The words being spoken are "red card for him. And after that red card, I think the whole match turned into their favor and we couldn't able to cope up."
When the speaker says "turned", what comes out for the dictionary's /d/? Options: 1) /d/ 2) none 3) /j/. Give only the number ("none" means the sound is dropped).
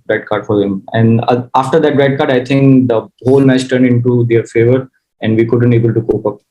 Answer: 1